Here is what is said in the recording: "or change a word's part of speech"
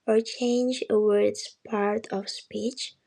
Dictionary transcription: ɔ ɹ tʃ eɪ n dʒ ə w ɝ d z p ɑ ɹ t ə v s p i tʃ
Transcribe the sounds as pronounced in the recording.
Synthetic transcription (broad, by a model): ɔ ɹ tʃ eɪ n dʒ ə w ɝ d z p ɑ ɹ t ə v s p i tʃ